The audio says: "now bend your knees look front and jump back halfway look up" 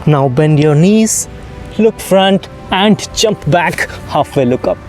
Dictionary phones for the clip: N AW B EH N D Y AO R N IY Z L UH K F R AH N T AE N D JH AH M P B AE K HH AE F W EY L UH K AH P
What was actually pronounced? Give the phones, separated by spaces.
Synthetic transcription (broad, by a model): N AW B EH N D Y AO R N IY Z L UH K F R AH N T AE N D JH AH M P B AE K HH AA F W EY L UH K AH P